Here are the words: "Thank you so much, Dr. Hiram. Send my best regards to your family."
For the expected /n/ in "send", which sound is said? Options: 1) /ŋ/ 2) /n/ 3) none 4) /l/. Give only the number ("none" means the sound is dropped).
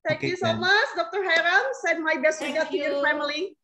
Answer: 3